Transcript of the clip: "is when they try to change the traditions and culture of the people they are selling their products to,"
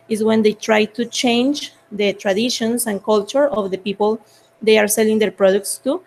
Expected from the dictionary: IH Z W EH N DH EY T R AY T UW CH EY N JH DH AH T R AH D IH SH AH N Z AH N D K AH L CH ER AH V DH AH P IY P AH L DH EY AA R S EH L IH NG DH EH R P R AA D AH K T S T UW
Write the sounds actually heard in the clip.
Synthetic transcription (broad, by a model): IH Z W EH N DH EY T R AY T UW CH EY N JH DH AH T R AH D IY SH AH N S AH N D K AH L CH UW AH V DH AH P IY P AH L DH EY AA R S EH L IH NG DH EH R P R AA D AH K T S T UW